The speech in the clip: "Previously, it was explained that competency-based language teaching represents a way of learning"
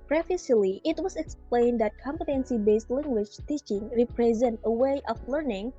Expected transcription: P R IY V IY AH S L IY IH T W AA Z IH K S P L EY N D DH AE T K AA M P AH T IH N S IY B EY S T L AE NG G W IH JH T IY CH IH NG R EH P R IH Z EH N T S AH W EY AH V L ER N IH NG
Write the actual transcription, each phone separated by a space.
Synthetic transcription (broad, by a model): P R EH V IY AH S L IY IH T W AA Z IH K S P L EY N D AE T K AA M P AH T IH N S IY B EY S T L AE NG G W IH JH T IY CH IH NG R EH P R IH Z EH N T AH W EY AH F L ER N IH NG